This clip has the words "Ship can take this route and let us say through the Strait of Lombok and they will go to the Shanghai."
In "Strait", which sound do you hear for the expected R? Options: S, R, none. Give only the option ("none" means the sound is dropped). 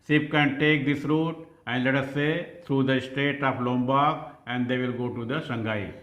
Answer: none